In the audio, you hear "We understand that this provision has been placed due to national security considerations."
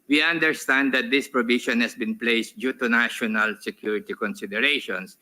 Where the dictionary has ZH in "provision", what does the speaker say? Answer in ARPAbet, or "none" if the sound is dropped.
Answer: SH